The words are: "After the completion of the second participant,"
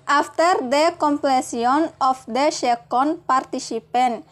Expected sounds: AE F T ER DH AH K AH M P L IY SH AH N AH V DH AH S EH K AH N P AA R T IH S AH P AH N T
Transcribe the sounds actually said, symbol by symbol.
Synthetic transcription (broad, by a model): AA F T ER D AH K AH M P L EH S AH N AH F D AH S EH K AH N P AA R T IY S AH P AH N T